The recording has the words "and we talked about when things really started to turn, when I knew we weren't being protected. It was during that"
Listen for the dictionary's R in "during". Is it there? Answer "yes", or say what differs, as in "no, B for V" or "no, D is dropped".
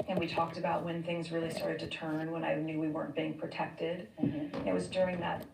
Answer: yes